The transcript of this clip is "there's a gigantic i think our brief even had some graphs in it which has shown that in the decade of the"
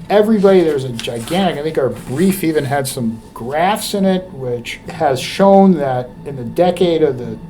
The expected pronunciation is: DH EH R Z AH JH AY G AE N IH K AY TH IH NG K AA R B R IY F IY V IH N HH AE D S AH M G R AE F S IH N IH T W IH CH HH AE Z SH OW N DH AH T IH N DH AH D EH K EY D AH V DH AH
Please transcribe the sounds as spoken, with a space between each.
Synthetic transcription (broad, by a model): DH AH R Z AH JH AY G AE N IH K AY TH IH NG K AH R B R IY F IY V IH N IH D S AH M G R AE F S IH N IH T W IH CH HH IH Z SH OW N DH AH T IH N DH AH D EH K EY D AH V DH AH